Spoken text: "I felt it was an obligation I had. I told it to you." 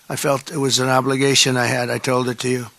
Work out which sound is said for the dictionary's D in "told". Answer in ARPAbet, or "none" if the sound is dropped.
D